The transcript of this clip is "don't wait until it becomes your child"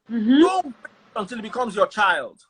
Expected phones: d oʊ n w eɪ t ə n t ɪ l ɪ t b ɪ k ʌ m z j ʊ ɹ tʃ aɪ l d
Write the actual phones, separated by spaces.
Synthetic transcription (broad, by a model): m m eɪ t ə n t ɪ l ɪ t b ɪ k ʌ m z j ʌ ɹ tʃ aɪ l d